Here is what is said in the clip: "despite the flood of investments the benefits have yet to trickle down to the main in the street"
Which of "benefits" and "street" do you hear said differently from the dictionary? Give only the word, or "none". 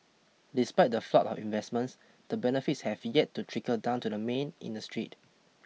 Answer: none